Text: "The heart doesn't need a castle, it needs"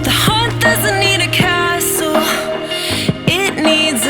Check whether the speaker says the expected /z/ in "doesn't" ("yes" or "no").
yes